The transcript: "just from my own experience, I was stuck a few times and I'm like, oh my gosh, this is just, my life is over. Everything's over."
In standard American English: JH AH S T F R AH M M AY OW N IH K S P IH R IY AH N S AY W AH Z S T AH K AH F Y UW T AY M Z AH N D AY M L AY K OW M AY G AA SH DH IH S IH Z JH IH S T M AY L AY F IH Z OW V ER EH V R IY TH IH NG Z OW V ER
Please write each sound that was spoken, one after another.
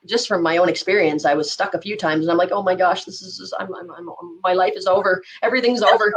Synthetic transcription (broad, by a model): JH AH S T F R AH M M AY OW N IH K S P IH R IY AH N S AY W AH Z S T AH K AH F Y UW T AY M Z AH N AY M L AY K OW M AY G AA SH DH IH S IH Z Z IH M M M AY L AY F IH Z OW V ER EH V R IY TH IH NG Z OW V ER